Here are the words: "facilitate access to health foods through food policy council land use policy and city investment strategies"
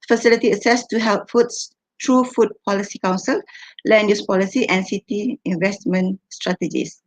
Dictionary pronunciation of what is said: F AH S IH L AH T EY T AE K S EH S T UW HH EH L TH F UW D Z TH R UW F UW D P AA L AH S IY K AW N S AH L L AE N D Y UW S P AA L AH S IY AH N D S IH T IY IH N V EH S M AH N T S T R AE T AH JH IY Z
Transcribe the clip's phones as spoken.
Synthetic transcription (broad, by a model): F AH S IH L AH T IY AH S EH S T UW HH EH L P F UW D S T R UW F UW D P AA L AH S IY K AW N S AH L L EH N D Y UW S P AA L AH S IY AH N S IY T IY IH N V EH S M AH N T S T R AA T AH JH IY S